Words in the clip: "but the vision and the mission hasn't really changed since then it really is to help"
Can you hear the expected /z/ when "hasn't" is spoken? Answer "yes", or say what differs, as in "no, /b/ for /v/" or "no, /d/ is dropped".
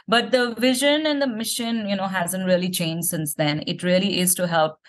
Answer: yes